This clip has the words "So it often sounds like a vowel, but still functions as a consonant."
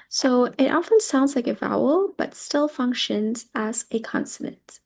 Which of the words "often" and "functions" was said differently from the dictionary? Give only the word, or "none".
none